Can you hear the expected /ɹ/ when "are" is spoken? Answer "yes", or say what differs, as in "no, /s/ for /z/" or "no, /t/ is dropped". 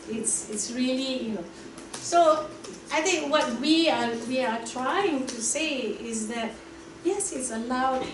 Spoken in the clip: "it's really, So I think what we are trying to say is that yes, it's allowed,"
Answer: no, /w/ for /ɹ/